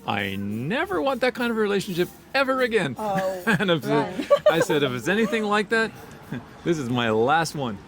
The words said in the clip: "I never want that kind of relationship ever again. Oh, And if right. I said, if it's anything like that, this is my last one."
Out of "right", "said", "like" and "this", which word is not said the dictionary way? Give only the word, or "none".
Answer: right